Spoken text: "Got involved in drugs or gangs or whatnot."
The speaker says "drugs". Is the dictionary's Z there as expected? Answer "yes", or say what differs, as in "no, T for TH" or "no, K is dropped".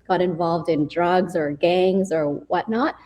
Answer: yes